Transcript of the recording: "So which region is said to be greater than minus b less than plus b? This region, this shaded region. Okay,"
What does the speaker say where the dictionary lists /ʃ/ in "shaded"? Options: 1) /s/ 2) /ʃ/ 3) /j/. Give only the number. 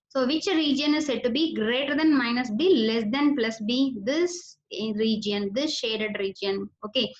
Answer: 2